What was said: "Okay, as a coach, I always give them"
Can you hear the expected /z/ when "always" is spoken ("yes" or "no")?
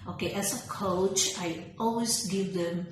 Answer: no